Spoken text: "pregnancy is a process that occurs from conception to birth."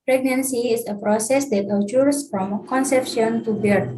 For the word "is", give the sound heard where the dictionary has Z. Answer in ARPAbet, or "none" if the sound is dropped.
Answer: S